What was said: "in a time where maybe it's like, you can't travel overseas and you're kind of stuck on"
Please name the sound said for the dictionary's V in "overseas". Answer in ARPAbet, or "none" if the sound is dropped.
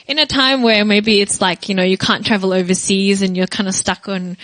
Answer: V